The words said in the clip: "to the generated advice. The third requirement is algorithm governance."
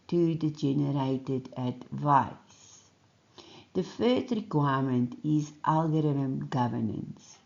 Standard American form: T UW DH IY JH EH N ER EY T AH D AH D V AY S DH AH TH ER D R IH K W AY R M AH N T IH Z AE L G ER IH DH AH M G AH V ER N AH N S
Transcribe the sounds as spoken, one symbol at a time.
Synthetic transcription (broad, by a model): T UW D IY JH EH N ER EY T AH D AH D V AY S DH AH F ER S R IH K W AY M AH N T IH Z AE L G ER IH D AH M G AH V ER N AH N S